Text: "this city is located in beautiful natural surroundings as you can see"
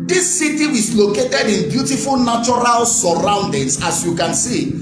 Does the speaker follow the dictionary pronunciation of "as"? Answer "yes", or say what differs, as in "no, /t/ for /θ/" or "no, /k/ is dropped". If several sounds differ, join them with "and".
no, /s/ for /z/